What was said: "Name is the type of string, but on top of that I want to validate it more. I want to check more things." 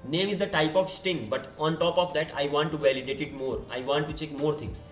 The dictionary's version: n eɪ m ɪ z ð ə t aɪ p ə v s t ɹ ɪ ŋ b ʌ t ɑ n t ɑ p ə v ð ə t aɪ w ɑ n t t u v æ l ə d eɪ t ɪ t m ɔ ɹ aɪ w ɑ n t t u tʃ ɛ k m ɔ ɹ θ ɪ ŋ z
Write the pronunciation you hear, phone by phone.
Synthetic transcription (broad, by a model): n eɪ m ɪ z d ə t aɪ p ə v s t ɪ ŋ b ʌ t ɑ n t ɑ p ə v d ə t aɪ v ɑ n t t u v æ l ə d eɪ t ɪ t m ɔ ɹ aɪ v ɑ n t t u tʃ ɛ k m ɔ ɹ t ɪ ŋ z